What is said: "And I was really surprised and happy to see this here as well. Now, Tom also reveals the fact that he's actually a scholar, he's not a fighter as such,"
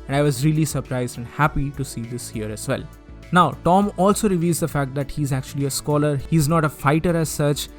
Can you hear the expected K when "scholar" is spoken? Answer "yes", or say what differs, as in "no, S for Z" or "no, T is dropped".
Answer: yes